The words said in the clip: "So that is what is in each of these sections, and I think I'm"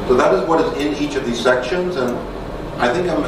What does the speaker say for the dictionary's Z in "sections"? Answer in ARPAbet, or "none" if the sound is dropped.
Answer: Z